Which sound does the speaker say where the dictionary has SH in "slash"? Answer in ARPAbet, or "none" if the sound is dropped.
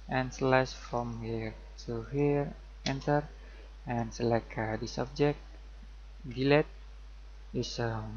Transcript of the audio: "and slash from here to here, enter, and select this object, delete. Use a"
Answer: S